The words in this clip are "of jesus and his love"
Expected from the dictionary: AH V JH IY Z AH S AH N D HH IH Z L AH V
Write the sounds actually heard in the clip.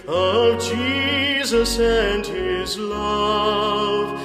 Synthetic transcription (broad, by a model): AH V JH IY Z AH S AH N D HH IH Z L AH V